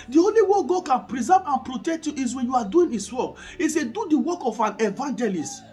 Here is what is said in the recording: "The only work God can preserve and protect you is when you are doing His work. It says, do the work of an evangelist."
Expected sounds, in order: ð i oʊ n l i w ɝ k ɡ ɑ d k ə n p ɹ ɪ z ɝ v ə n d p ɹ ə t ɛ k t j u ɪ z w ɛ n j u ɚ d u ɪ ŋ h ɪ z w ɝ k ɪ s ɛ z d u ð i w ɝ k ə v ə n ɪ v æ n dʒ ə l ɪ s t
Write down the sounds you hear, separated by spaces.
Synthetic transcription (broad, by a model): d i oʊ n l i w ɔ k ɡ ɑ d k ə n p ɹ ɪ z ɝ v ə n p ɹ ə t ɛ k t j u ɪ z w ɛ n j u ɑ d u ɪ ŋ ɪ s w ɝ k ɪ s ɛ d u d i w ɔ k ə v ə n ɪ v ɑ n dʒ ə l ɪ s t